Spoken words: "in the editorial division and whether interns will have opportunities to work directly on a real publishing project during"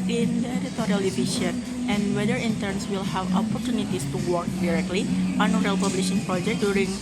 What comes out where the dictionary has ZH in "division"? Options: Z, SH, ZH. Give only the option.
SH